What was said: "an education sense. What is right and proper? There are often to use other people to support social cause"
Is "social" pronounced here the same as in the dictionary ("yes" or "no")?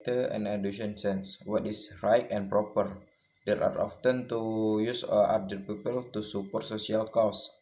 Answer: no